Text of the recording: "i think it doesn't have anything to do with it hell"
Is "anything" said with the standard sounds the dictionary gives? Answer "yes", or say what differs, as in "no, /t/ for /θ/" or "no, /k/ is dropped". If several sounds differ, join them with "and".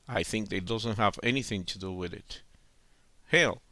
yes